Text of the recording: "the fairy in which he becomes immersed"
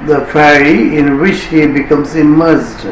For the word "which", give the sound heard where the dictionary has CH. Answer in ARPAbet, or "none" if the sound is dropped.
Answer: CH